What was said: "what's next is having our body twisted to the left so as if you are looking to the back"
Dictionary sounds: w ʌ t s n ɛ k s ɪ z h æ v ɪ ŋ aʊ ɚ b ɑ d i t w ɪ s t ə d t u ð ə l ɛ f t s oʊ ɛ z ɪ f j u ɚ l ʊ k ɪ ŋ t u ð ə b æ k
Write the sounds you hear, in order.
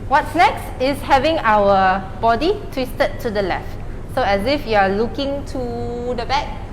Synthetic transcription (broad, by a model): w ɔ t s n ɛ k s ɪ s h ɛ v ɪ ŋ aʊ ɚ b ɑ d i t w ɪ s t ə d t u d ə l ɛ f t s oʊ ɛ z ɪ f j u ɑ l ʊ k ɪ ŋ t u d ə b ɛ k